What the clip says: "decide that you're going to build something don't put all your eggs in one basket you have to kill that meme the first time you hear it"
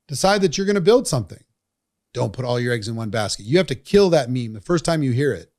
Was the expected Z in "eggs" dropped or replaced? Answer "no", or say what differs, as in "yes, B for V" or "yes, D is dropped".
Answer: no